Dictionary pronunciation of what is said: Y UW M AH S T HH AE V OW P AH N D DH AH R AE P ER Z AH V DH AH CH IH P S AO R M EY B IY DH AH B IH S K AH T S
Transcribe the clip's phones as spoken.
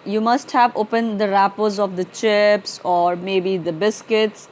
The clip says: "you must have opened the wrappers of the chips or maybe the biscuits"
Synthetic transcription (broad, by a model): Y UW M AH S T HH AE V OW P AH N D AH R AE P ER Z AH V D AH CH IH P S AO R M EY B IY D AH B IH S K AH T S